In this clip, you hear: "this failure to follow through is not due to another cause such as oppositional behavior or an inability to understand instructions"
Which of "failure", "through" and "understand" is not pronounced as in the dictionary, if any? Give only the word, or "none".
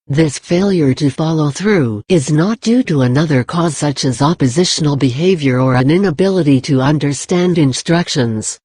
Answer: none